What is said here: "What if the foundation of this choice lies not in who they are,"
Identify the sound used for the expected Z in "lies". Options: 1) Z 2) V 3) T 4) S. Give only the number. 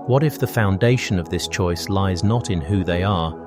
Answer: 1